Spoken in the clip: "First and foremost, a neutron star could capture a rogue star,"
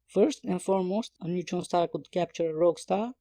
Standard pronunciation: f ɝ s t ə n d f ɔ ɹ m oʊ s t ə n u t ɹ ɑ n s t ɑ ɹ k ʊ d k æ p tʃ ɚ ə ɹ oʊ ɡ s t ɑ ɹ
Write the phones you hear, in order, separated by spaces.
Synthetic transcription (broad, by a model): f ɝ s t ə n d f ɔ ɹ m oʊ s t ə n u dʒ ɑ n s t ɑ ɹ k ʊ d k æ p tʃ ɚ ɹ oʊ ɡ s t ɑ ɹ